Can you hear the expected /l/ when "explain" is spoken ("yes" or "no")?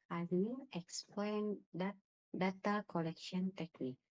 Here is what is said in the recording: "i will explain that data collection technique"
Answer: yes